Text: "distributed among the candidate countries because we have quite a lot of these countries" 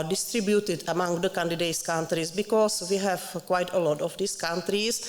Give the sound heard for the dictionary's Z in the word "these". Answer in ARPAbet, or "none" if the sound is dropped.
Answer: S